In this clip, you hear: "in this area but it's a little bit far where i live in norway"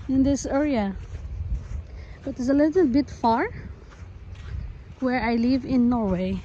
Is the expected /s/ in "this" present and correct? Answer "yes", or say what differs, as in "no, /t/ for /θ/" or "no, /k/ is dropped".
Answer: yes